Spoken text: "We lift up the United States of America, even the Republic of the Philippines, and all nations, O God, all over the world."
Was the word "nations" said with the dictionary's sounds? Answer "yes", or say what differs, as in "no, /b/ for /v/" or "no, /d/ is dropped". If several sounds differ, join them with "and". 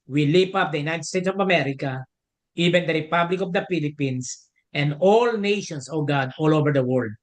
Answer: no, /s/ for /z/